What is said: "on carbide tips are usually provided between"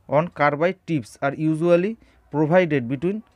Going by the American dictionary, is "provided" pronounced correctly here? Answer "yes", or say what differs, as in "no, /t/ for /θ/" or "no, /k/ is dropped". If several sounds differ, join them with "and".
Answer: no, /b/ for /v/